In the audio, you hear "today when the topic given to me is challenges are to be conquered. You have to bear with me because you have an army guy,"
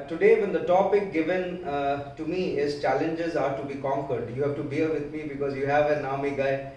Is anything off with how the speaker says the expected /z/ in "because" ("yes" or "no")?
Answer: no